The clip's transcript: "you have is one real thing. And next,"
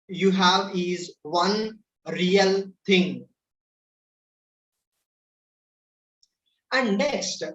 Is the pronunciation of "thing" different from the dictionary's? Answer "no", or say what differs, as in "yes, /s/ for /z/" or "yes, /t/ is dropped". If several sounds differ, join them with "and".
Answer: yes, /t/ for /θ/